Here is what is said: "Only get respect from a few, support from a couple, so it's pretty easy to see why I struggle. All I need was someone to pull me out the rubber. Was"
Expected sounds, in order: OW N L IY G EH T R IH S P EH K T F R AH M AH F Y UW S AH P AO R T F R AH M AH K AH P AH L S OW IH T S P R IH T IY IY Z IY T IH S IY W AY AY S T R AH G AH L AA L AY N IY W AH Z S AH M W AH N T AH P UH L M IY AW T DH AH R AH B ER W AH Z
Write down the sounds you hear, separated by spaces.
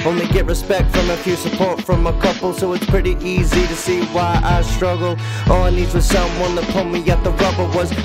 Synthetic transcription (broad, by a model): OW N L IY G EH T R IH S P EH K T F R AH M AH F Y UW S AH P AO R T F R AH M AH K AH P L S OW IH T S P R IH T IY IY Z IY T IH S IY W AY AY S T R AH G L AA N IY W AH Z S AH M W AH N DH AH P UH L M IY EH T DH AH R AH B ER W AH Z